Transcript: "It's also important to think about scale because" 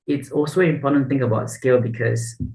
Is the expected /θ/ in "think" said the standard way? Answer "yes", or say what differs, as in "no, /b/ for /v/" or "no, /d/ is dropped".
yes